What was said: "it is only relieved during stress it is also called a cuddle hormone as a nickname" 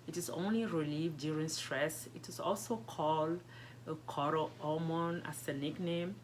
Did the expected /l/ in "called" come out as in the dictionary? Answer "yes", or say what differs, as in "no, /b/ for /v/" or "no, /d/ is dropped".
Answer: yes